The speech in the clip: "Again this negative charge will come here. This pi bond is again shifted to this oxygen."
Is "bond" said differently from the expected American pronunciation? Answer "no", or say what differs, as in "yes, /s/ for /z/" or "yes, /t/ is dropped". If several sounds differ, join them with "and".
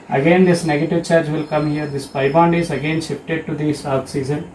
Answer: no